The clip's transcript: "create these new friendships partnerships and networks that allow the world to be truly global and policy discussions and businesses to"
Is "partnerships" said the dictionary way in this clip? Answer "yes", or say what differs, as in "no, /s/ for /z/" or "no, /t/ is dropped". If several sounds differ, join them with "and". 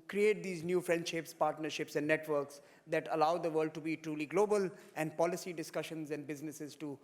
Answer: yes